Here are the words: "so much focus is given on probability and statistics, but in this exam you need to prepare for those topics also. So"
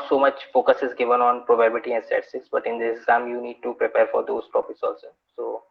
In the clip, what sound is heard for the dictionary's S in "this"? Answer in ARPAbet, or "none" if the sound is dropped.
none